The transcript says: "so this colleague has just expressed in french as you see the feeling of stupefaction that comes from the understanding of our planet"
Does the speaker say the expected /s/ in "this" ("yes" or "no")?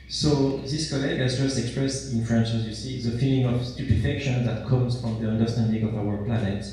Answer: yes